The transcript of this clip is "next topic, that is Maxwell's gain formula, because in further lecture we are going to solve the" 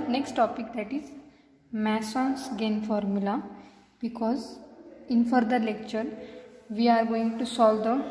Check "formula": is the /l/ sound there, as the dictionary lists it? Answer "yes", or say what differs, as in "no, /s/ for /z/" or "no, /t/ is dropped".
yes